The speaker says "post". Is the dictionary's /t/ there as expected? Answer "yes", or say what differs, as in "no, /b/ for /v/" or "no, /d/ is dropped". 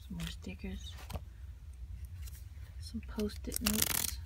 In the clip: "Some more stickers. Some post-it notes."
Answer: yes